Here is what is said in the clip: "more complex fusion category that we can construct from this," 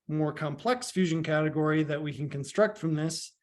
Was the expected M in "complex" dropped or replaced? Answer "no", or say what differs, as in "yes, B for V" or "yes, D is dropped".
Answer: no